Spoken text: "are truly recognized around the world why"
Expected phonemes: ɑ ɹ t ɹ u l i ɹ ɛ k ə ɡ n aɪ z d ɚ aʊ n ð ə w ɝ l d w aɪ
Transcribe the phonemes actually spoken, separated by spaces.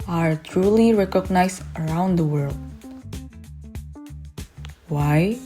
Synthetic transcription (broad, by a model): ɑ ɹ t ɹ u l i ɹ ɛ k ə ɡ n aɪ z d ɚ aʊ n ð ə w ɝ l d w aɪ